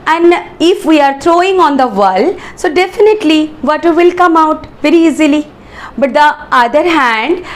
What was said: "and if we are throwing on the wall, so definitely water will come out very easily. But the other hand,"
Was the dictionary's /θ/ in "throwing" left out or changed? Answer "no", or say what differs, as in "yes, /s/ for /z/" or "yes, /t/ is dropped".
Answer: yes, /t/ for /θ/